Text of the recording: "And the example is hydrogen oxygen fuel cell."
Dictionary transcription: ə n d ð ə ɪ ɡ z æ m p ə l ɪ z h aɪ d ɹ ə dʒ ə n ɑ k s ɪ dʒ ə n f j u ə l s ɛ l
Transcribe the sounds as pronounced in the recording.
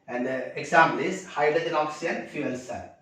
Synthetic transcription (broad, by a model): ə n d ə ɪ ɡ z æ m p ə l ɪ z h aɪ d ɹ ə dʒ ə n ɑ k s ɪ ə n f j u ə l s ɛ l